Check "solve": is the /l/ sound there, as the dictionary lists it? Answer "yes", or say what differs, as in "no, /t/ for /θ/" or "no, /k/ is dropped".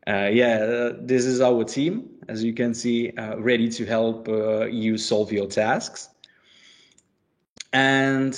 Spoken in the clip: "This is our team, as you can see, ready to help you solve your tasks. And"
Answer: yes